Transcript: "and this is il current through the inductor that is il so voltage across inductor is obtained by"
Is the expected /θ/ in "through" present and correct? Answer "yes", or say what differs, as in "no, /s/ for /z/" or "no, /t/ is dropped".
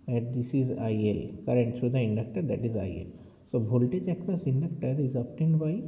no, /t/ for /θ/